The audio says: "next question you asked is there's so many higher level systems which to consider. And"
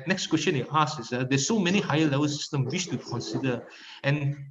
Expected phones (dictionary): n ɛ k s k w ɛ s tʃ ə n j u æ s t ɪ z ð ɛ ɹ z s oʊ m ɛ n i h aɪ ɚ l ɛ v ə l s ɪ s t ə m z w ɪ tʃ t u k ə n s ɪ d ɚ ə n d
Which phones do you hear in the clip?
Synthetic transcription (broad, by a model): n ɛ k s k w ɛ s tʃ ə n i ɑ s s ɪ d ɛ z s oʊ m ɛ n i h aɪ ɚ l ɛ v ə l s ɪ s t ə m w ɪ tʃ t u k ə n s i d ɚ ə n